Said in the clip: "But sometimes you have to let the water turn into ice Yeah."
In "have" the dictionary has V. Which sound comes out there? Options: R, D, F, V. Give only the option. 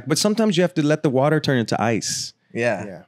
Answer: F